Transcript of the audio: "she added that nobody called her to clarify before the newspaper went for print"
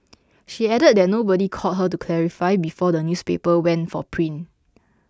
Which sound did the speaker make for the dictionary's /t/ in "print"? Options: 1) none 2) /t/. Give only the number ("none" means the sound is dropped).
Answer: 1